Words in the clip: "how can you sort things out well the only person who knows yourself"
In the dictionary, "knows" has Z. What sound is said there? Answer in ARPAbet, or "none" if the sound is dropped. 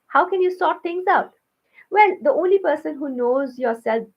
Z